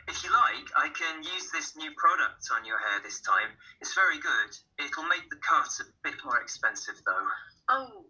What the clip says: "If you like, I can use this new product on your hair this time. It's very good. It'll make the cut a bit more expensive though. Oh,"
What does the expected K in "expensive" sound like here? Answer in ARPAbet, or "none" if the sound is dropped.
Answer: K